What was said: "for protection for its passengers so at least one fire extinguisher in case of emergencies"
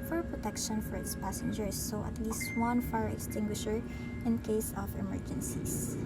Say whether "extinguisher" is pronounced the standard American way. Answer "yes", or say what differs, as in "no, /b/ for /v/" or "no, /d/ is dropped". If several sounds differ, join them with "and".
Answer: yes